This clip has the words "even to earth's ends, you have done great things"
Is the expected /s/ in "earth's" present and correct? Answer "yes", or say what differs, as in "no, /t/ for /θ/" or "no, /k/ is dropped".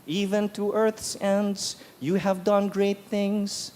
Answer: yes